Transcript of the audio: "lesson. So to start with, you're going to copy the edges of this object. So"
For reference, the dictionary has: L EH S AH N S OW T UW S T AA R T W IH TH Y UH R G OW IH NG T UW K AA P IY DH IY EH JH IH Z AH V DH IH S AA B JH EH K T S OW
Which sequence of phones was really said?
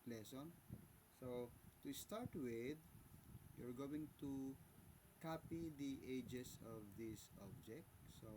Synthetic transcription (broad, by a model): L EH S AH N S OW T UW S T AA R T W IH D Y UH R G OW IH NG T UW K AA P IY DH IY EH JH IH S AH V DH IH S AA B JH EH K T S OW